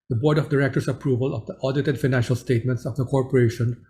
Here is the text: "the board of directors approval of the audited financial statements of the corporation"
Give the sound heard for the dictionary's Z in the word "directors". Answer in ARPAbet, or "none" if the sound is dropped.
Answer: S